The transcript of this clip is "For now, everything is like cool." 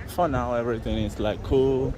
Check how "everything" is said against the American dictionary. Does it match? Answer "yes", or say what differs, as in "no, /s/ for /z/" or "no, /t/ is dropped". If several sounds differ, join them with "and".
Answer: no, /t/ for /θ/